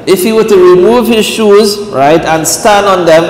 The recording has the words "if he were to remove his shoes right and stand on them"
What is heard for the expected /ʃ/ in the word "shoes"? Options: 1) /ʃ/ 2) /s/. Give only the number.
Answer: 1